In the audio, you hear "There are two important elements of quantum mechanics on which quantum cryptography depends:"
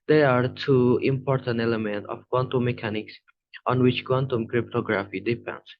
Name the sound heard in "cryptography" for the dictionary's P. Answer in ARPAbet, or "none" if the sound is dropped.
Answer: P